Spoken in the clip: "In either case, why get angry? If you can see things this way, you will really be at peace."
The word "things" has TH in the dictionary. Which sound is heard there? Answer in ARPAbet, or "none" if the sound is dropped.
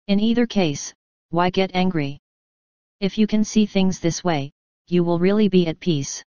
TH